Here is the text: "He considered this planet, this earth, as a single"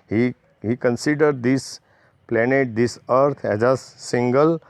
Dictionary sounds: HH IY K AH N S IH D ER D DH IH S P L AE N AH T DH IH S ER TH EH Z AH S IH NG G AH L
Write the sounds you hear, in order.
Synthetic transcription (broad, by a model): HH IY K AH N S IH D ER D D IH S P L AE N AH T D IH S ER T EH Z AH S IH NG G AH L